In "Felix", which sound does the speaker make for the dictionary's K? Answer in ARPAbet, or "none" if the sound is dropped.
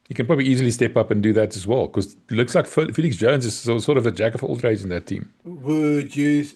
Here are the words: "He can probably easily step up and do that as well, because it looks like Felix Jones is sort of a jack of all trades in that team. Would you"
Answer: K